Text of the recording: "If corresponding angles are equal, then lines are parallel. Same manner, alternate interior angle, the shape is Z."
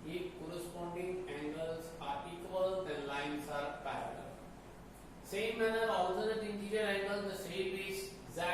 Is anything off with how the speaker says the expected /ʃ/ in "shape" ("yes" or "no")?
yes